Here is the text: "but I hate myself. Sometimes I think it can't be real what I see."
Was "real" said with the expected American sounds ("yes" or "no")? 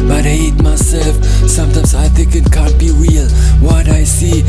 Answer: no